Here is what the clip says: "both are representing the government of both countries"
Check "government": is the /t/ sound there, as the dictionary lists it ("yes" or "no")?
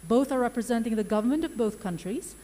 yes